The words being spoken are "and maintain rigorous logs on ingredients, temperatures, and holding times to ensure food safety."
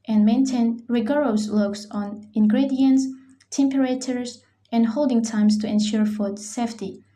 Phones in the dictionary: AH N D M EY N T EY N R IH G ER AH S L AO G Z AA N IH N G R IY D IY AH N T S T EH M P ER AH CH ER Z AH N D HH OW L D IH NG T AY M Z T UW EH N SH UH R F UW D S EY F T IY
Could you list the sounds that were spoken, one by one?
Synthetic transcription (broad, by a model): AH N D M EY N T EY N R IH G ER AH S L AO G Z AA N IH N G R IY D IY AH N T S T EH M P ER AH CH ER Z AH N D HH OW L D IH NG T AY M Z T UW EH N SH UH R F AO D S EY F T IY